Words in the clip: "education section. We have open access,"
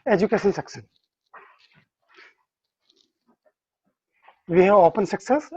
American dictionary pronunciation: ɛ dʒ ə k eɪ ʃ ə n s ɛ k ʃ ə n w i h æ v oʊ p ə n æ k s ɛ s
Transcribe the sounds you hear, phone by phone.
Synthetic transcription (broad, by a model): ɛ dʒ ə k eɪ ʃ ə n s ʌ k s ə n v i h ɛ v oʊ p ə n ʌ k s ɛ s